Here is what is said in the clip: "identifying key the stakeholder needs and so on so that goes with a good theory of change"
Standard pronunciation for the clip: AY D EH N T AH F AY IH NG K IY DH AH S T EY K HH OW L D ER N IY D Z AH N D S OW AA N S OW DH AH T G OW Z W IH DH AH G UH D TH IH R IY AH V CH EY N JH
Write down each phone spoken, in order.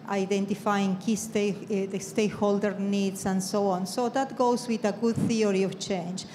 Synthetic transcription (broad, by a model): AY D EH N T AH F AY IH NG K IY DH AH S T EY K HH OW L D ER N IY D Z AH N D S OW AA N S OW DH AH T G OW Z W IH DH AH G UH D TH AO R IY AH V CH EY N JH